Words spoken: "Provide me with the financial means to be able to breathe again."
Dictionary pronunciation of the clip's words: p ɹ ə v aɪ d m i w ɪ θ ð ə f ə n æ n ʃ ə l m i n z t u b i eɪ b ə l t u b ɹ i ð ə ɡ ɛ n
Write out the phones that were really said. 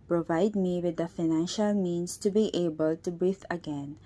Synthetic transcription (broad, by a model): p ɹ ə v aɪ d m i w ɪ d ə f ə n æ n ʃ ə l m i n s t u b i eɪ b ə l t u b ɹ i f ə ɡ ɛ n